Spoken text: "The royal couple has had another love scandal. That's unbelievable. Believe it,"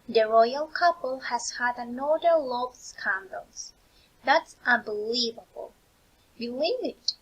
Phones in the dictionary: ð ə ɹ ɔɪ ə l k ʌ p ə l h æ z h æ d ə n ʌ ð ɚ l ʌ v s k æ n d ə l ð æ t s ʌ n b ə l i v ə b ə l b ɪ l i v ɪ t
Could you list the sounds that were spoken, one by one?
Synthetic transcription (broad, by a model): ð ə ɹ ɔɪ ə l k ʌ p ə l h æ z h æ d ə n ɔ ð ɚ l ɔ b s k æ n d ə l ð æ t s ʌ n b ə l i v ə b ə l b ɪ l i v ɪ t